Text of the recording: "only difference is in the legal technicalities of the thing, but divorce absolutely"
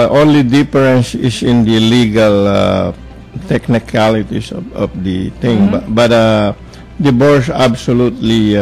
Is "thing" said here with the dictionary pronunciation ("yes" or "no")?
no